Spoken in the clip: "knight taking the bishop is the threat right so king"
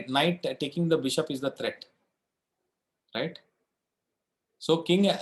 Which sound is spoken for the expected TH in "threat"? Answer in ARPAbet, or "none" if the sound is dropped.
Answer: T